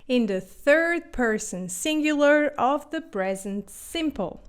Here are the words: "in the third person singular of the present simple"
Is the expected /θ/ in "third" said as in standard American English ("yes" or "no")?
yes